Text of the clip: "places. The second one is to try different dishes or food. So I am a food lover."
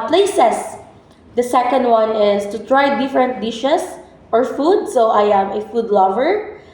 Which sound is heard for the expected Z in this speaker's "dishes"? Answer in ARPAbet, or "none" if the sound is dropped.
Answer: S